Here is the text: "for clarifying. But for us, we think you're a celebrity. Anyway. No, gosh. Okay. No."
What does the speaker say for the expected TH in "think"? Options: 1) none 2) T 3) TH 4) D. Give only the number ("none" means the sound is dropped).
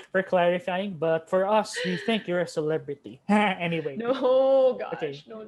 3